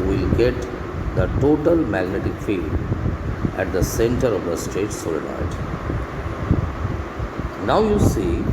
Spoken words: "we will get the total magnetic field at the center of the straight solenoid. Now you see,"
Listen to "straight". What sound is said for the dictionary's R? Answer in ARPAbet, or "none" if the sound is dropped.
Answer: none